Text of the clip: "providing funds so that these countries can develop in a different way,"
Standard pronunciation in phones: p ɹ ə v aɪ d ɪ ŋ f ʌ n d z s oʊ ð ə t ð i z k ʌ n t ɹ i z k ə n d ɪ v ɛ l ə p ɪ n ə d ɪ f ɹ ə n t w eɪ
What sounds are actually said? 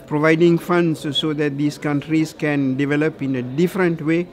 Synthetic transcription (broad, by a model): p ɹ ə v aɪ d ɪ ŋ f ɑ n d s s oʊ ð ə t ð i s k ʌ n t ɹ i s k ə n d ɪ v ɛ l ə p ɪ n ə d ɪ f ɹ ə n t w eɪ